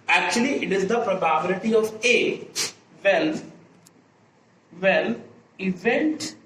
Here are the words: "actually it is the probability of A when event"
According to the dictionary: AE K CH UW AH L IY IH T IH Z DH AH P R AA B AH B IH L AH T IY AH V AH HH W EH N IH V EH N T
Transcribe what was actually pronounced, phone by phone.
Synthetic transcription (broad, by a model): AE K CH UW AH L IY IH T IH Z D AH P R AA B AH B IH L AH T IY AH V AH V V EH L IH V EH N T